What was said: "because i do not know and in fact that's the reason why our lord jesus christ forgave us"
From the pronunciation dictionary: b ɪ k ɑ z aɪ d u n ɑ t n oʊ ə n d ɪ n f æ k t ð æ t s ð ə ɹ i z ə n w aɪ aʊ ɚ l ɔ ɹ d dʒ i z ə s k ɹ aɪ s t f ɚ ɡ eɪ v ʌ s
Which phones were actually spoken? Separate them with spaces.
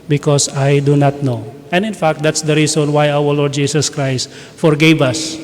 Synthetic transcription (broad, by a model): b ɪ k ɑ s aɪ d u n ɑ t n oʊ ə n d ɪ n f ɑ k t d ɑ t s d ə ɹ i s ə n w aɪ aʊ ɚ l ɔ ɹ d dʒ i s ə s k ɹ aɪ s t f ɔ ɡ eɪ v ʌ s